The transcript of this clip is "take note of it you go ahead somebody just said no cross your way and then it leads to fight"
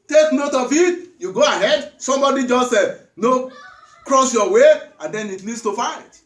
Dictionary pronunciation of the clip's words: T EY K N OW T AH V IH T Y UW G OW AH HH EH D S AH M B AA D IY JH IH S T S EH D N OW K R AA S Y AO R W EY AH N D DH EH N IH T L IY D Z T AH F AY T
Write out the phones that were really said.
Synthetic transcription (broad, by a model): T EY K N OW T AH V IH T Y UW G OW AH HH EH D S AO M B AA D IY JH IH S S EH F N OW K R AA S Y AO W EY AH N D EH N IH T N IY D S T AH F AY T